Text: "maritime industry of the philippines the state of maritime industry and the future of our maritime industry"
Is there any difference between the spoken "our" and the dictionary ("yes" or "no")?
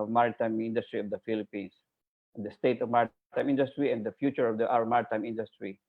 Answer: yes